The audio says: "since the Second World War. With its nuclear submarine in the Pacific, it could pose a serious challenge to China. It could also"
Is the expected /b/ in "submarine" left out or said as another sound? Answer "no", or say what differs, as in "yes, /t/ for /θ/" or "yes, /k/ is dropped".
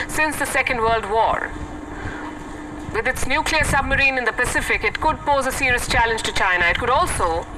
no